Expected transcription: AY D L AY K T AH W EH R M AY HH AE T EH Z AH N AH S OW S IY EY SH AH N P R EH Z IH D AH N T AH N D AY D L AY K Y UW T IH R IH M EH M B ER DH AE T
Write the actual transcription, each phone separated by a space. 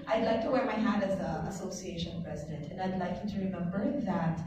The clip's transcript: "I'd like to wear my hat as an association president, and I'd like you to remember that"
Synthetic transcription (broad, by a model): AY D L AY K T AH W EH R M AY HH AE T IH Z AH AH S OW S IY EY SH AH N P R EH Z IH D AH N T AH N AY D L AY K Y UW T IH R IH M EH M B ER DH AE T